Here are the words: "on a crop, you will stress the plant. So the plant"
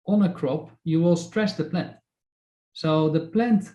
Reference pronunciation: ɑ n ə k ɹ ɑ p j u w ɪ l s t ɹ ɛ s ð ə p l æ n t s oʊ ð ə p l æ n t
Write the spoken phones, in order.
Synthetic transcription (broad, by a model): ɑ n ə k ɹ ɑ p j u w ɪ l s t ɹ ɛ s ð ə p l æ n t s oʊ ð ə p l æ n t